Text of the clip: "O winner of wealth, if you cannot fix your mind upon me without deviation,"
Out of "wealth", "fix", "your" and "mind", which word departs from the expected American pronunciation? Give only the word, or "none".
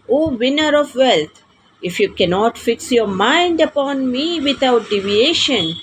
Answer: wealth